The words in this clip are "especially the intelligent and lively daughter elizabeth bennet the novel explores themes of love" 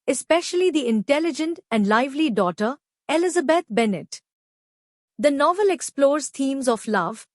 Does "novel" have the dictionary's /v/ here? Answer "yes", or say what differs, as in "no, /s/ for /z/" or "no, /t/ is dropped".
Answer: yes